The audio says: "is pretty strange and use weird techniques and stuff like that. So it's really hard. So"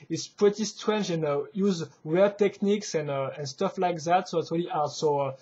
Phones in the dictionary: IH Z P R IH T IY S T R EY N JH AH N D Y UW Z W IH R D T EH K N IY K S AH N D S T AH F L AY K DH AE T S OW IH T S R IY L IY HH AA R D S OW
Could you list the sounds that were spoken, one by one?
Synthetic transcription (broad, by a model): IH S P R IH T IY S T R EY N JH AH N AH Y UW Z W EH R T EH K N IY K S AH N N S T AH F L AY K DH AE T S OW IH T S R IY L IY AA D S OW